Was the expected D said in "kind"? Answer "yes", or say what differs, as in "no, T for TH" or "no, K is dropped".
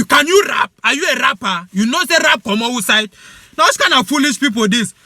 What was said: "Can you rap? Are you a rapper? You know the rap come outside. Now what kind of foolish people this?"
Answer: no, D is dropped